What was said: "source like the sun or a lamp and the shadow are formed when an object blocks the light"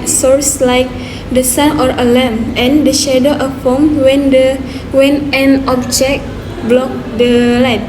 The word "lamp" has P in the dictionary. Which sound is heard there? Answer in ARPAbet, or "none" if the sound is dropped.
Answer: none